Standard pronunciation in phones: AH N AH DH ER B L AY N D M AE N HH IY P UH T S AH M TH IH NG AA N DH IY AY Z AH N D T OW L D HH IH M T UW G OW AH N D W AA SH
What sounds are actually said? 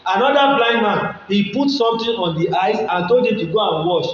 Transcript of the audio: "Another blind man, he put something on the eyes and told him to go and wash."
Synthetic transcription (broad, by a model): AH N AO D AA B L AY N M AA N HH IY P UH T S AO M T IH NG AA N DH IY AY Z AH N T OW L D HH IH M T UW G OW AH N W AA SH